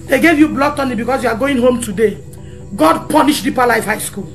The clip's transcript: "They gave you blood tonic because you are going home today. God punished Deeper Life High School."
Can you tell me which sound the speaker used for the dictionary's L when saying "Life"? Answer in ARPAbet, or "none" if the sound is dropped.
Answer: L